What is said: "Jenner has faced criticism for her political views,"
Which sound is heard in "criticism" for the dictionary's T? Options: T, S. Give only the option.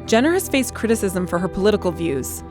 T